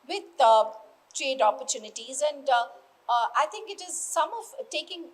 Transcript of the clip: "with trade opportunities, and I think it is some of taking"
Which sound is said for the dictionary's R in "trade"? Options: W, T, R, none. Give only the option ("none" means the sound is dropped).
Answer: R